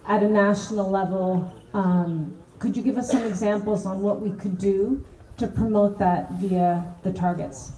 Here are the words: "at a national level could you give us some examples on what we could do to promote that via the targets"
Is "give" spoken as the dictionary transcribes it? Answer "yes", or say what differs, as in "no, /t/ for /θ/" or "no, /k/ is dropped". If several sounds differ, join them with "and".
yes